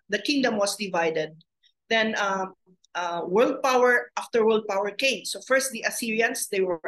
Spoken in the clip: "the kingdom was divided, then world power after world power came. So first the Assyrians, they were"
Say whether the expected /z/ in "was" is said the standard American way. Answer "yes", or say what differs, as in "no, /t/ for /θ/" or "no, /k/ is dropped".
no, /s/ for /z/